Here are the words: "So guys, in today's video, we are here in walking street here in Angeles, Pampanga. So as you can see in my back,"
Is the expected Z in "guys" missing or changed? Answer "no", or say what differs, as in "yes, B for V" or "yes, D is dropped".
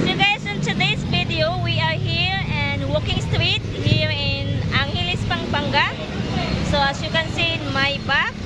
yes, S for Z